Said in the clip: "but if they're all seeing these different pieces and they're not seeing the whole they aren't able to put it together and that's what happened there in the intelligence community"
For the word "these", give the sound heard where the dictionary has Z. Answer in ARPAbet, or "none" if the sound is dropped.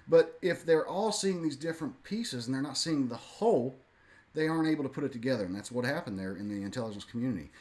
Z